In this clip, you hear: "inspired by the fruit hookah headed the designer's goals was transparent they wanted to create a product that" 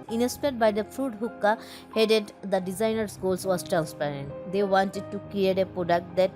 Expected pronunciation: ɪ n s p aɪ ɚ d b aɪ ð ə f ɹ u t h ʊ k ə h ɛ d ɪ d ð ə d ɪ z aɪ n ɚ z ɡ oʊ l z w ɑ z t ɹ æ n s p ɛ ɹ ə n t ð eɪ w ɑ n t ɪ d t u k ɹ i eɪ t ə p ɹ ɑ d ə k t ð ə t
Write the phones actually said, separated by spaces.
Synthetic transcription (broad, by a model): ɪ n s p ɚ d b aɪ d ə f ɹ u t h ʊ k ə h ɛ d ɪ d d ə d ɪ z aɪ n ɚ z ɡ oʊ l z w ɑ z t ɹ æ n s p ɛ ɹ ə n t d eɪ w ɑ n t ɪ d t u k l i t ə p ɹ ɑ d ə k t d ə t